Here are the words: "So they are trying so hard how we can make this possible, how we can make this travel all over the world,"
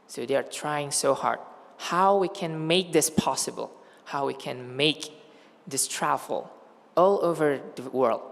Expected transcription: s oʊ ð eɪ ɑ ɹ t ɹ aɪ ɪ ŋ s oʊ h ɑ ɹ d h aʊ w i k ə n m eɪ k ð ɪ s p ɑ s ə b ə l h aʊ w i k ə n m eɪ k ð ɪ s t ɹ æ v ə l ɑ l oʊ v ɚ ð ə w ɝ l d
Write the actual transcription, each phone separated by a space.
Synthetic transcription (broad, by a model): s oʊ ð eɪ ɑ ɹ t ɹ aɪ ɪ ŋ s oʊ h ɑ ɹ d h aʊ w i k ə n m eɪ k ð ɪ s p ɑ s ə b ə l h aʊ w i k ə n m eɪ k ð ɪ s t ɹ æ ə l ɑ l oʊ v ɚ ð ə w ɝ l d